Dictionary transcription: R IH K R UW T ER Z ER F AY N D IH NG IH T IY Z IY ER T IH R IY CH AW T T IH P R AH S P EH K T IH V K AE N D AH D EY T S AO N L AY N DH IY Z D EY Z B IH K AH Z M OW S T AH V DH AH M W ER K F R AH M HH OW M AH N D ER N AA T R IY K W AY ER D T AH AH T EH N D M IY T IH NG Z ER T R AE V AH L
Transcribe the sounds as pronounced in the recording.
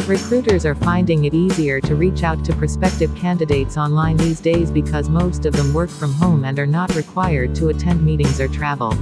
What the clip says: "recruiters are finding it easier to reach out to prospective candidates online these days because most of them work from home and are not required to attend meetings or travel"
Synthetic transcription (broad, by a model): R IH K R UW T ER Z ER F AY N D IH NG IH T IY Z IY ER T IH R IY CH AW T T IH P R S P EH K T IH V K AE N D AH D EY T S AO N L AY N DH IY Z D EY Z B IH K AH Z M OW S T AH V DH AH M W ER K F R AH M HH OW M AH N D ER N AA T R IY K W AY ER D T AH AH T EH N D M IY T IH NG Z ER T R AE V L